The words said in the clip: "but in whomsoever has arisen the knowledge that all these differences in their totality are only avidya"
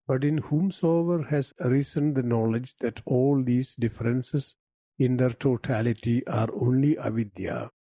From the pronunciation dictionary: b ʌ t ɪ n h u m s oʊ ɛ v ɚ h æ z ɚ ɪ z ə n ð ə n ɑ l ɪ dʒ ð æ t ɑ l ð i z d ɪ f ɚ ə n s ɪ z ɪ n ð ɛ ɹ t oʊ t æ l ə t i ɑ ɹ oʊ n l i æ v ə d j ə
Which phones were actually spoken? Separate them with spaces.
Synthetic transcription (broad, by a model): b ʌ t ɪ n h u m s oʊ ɛ v ɚ h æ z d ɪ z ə n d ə n ɑ l ɪ dʒ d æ t ɑ l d i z d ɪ f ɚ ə n s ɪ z ɪ n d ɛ ɹ t oʊ t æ l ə t i ɑ ɹ oʊ n l i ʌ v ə d j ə